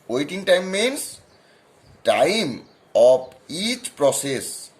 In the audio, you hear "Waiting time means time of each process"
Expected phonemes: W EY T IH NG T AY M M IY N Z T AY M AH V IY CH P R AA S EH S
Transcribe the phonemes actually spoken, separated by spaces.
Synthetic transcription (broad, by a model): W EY T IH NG T AY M M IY N S T AY M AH P IY CH P R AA S EH S